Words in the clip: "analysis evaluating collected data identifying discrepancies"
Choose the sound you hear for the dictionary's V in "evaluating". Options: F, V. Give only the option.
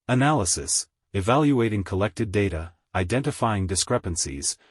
V